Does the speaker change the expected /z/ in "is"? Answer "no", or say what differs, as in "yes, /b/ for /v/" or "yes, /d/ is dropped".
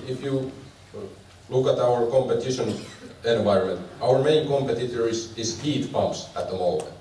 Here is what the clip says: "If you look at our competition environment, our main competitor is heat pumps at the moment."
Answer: yes, /s/ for /z/